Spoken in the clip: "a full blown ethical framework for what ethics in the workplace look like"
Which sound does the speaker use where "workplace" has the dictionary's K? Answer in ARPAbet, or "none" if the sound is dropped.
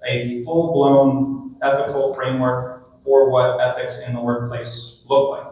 K